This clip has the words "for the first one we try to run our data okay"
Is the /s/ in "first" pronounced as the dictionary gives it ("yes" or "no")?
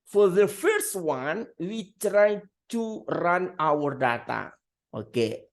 yes